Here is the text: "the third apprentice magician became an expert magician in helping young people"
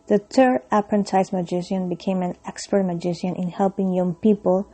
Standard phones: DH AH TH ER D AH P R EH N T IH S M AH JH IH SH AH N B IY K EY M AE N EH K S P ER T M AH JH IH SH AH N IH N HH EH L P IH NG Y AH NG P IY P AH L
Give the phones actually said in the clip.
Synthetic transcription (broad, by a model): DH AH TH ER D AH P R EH N T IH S M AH JH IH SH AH N B IY K EY M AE N EH K S P ER T M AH JH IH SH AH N IH N HH EH L P IH NG Y AH NG P IY P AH L